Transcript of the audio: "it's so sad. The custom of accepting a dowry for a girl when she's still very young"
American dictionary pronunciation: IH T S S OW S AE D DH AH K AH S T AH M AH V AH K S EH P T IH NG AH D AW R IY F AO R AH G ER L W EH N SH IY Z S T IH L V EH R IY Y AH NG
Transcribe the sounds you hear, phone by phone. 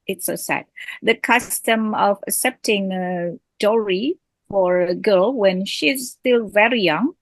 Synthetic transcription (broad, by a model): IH T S S OW S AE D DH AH K AH S T AH M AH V AH K S EH P T IH NG AH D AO R IY F AO R AH G ER L W EH N SH IY Z S T IH L V EH R IY Y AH NG